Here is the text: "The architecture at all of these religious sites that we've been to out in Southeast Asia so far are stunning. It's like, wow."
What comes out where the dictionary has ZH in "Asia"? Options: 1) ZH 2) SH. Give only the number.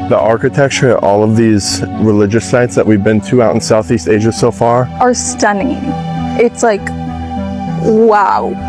1